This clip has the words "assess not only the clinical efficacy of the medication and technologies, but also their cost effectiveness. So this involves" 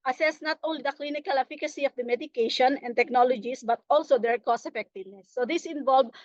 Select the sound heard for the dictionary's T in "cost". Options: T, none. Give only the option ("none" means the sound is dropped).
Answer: none